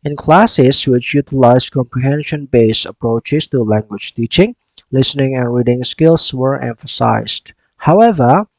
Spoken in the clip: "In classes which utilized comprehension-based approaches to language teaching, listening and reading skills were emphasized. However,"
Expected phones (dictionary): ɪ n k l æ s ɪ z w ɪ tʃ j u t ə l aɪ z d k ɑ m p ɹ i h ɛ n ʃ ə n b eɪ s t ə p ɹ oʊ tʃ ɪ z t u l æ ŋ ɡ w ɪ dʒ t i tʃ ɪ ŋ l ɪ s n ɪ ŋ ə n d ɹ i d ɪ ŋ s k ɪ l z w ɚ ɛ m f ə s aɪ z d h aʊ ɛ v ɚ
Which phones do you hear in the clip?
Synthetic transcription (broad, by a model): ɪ n k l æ s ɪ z w ɪ tʃ j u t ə l aɪ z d k ɑ m p ɹ i h ɛ n ʃ ə n b eɪ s ə p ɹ oʊ tʃ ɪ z t u l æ ŋ ɡ w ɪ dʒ t i tʃ ɪ ŋ l ɪ s n ɪ ŋ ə n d ɹ i d ɪ ŋ s k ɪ l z w ɚ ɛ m f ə s aɪ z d h aʊ ɛ v ɚ